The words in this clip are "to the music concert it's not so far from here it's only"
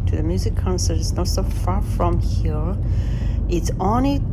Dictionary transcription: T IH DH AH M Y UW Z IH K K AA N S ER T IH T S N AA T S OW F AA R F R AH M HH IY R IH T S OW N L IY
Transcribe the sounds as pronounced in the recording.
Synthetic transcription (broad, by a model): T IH DH AH M Y UW Z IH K K AA N S ER T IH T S N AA T S OW F AA R F R AH M HH IY R IH T S OW N L IY